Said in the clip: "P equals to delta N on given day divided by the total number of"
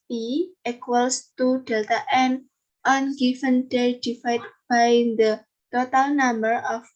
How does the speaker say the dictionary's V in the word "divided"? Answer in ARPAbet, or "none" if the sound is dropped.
F